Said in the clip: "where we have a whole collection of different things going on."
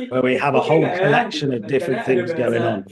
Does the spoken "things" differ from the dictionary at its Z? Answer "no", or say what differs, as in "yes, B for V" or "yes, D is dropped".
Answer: no